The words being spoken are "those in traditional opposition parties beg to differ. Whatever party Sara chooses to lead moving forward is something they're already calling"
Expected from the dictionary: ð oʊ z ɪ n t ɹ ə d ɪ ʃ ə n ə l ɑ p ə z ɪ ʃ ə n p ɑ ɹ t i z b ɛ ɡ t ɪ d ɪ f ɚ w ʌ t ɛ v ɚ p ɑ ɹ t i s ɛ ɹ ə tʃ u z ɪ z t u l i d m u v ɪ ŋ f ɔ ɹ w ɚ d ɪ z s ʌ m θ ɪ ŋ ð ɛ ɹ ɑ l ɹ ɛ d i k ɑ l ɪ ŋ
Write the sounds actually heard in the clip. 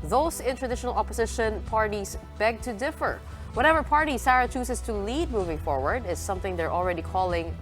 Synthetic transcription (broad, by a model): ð oʊ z ɪ n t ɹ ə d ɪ ʃ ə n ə l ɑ p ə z ɪ ʃ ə n p ɑ ɹ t i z b ɛ ɡ t ɪ d ɪ f ɚ w ʌ t ɛ v ɚ p ɑ ɹ t i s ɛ ɹ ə tʃ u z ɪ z t u l i d m u v ɪ ŋ f ɔ ɹ w ɚ d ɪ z s ʌ m θ ɪ ŋ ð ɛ ɹ ɑ l ɹ ɛ d i k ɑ l ɪ ŋ